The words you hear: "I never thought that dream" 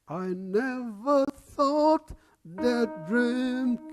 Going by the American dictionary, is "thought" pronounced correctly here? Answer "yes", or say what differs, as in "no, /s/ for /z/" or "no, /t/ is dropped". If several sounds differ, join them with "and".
yes